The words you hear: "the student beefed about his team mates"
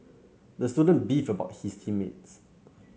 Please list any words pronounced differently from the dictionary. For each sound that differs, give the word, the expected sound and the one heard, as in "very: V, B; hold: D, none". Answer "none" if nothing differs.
beefed: T, none; his: Z, S